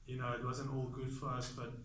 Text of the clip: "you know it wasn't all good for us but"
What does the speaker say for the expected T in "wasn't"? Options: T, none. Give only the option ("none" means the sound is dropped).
none